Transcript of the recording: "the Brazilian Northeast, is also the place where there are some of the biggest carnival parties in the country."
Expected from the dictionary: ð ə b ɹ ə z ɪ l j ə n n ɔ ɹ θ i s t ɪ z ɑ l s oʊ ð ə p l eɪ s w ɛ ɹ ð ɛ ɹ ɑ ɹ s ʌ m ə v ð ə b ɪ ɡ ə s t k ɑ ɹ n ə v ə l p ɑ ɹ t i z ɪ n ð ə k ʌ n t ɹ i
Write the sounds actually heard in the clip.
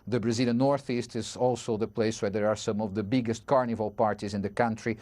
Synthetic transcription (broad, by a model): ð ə b ɹ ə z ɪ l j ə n n ɔ ɹ θ i s t ɪ z ɑ l s oʊ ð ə p l eɪ s w ɛ ɹ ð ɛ ɹ ɑ ɹ s ʌ m ə v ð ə b ɪ ɡ ə s t k ɑ ɹ n ə v ə l p ɑ ɹ t i z ɪ n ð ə k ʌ n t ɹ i